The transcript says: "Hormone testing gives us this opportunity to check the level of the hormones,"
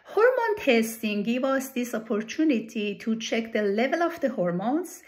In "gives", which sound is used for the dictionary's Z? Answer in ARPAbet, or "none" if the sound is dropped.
none